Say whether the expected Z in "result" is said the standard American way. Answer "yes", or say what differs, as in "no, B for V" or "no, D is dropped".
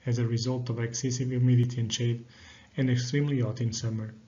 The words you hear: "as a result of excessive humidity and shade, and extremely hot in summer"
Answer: yes